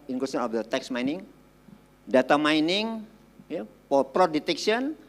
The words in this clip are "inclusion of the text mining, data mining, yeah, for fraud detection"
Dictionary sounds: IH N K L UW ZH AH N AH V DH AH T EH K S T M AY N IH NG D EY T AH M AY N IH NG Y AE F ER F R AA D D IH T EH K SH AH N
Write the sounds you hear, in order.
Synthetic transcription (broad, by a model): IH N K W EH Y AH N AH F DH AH T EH K S M AY N IH NG D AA T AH M AY N IH NG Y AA P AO P R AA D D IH T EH K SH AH N